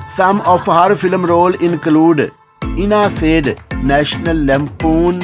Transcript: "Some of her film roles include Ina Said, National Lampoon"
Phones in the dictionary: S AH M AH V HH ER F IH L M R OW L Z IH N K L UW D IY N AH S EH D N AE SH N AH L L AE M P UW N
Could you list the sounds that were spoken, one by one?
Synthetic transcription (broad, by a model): S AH M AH F HH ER F IH L M R OW L IH N K L UW D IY N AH S EH D N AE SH N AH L L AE M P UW N